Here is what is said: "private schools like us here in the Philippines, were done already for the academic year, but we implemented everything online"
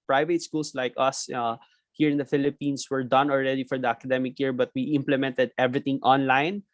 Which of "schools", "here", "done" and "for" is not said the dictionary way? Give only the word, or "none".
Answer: schools